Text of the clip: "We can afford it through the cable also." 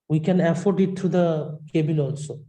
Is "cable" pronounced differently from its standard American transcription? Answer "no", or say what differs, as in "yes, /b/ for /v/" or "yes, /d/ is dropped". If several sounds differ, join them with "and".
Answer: yes, /n/ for /l/